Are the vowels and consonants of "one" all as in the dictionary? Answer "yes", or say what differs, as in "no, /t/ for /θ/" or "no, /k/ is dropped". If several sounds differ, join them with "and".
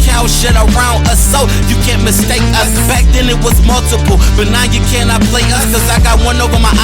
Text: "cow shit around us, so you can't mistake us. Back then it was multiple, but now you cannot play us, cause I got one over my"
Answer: yes